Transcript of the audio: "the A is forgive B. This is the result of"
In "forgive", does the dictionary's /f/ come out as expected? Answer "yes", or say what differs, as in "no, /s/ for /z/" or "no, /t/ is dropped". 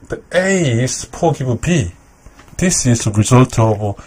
no, /p/ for /f/